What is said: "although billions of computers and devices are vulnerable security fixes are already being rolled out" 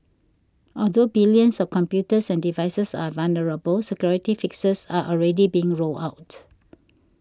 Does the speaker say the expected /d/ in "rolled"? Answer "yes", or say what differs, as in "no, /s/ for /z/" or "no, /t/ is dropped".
no, /d/ is dropped